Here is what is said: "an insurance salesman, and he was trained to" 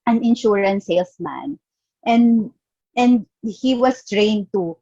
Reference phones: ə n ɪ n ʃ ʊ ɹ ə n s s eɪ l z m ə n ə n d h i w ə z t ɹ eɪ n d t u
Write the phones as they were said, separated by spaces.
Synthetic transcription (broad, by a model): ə n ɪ n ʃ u ɹ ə n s s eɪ l s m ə n ə n d h i w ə s t ɹ eɪ n d t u